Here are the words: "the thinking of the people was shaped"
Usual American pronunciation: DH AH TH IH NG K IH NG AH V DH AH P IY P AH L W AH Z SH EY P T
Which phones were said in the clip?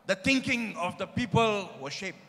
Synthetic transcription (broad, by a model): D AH T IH NG K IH NG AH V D AH P IY P AH L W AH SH EY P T